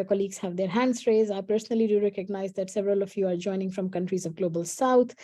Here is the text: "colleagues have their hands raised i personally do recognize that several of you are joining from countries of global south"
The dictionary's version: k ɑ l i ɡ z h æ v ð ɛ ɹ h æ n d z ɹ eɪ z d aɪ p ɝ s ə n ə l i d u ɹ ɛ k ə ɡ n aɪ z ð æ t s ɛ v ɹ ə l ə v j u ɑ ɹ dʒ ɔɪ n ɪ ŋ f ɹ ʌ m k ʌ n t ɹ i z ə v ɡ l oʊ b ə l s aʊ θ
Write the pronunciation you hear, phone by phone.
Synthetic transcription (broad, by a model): k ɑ l i ɡ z h æ v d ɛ ɹ h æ n d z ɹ eɪ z aɪ p ɝ s ə n ə l i d u ɹ ɛ k ə ɡ n aɪ z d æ t s ɛ v ɹ ə l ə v j u ɑ ɹ dʒ ɔɪ n ɪ ŋ f ɹ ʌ m k ʌ n t ɹ i z ə v ɡ l oʊ b ə l s aʊ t